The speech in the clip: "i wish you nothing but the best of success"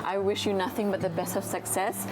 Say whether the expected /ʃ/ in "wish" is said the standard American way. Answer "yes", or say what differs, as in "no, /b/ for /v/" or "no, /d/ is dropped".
yes